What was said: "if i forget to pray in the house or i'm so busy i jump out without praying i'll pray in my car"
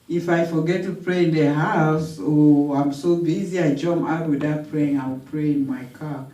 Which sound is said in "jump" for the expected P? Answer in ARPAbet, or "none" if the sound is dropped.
none